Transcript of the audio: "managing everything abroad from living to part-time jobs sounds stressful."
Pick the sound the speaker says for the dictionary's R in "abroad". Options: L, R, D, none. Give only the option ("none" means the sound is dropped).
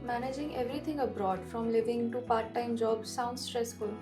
R